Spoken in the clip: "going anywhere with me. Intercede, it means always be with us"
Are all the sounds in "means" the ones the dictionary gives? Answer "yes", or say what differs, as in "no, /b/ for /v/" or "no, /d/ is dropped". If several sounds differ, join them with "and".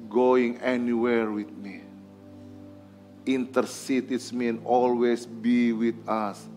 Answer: no, /z/ is dropped